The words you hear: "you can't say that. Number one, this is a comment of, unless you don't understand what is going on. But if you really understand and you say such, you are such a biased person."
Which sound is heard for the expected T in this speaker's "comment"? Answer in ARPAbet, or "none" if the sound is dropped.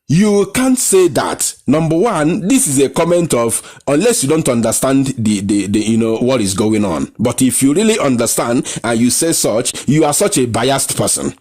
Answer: T